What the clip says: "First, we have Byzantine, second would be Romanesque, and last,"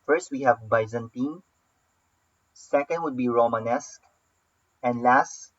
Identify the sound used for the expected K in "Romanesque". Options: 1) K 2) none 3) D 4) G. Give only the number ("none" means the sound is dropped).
1